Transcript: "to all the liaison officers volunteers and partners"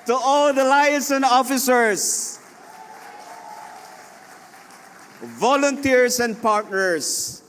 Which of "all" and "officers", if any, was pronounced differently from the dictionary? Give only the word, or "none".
officers